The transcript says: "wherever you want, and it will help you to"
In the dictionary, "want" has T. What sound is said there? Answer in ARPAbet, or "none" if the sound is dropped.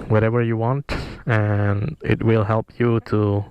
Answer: T